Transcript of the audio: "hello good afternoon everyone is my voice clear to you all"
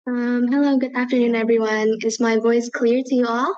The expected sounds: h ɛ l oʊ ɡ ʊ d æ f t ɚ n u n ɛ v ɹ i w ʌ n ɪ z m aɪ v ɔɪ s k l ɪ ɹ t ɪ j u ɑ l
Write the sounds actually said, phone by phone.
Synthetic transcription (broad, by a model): h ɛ l oʊ ɡ ʊ d æ f t ɚ n u n ɛ v ɹ i w ʌ n ɪ z m aɪ v ɔɪ s k l ɪ ɹ t ɪ j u ɑ l